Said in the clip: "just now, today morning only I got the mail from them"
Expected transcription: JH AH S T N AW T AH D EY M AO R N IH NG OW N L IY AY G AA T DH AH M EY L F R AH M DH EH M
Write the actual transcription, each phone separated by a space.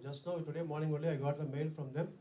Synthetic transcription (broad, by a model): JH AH S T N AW T AH D EY M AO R N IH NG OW L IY AY G AA T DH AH M EY L F R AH M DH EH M